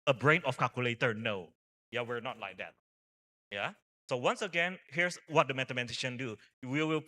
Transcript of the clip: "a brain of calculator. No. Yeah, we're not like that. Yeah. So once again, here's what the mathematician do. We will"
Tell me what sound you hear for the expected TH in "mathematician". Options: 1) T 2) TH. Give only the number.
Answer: 1